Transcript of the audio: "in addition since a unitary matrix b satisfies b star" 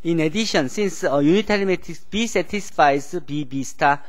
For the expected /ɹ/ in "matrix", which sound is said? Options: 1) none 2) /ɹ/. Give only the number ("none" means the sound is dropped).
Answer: 1